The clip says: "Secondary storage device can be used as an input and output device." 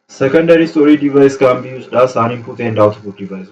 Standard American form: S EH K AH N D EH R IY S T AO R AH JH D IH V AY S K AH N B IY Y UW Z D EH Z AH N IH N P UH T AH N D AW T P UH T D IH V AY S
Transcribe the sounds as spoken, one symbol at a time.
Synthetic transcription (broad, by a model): S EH K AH N D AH R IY S T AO R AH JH D IH V AY S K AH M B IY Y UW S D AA S AH N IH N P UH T AH N D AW T B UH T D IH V AY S